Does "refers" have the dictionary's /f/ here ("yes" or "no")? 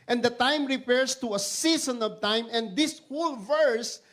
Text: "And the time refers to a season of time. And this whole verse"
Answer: no